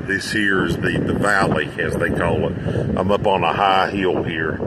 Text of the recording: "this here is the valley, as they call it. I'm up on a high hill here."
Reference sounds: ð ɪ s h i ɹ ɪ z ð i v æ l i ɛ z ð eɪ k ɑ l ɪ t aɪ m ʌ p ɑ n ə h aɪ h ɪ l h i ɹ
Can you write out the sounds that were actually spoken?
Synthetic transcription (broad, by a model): ð ɪ s h i ɹ ɪ z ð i v æ l i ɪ z ð eɪ k ɑ l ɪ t aɪ m ʌ p n ə h aɪ h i l h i ɹ